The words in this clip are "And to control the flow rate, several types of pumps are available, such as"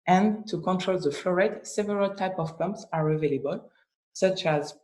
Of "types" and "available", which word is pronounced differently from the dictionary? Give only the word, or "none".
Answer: types